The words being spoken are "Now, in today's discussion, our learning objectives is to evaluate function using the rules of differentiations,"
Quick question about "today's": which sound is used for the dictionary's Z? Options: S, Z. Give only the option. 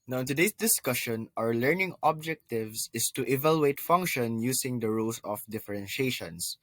S